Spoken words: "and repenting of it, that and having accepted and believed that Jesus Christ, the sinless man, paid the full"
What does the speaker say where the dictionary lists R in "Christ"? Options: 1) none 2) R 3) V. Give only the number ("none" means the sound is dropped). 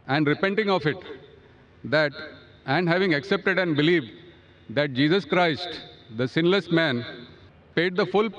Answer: 2